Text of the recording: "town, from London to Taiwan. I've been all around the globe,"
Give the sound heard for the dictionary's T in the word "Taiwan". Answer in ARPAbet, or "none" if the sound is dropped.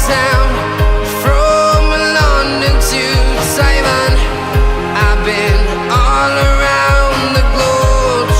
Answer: S